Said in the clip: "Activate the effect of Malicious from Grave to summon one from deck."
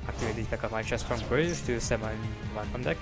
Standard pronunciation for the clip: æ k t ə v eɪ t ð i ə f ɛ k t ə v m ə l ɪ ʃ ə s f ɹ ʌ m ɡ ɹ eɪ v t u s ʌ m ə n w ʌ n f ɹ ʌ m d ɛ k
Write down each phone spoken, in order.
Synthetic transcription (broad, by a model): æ k t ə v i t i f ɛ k ə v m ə ɪ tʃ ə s f ɹ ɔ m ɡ ɹ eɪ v t u s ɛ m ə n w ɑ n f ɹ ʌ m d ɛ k